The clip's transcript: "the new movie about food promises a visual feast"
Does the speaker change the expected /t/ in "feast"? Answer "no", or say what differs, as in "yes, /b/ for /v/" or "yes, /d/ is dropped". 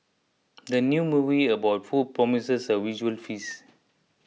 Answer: yes, /t/ is dropped